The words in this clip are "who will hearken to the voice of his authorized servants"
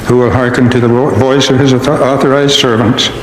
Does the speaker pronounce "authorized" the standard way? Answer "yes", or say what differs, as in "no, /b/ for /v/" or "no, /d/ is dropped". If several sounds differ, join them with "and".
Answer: yes